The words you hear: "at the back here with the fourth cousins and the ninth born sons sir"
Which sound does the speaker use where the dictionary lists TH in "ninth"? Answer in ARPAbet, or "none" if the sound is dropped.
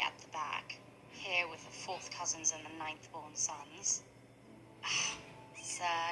TH